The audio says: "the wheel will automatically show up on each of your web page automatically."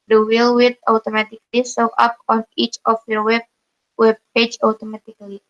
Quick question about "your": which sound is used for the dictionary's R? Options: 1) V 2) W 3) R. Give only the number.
2